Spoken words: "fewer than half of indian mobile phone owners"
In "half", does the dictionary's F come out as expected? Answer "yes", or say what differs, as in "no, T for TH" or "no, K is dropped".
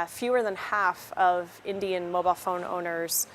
yes